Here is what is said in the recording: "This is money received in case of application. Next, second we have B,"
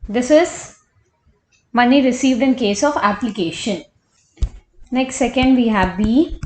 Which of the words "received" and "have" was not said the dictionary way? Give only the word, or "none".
none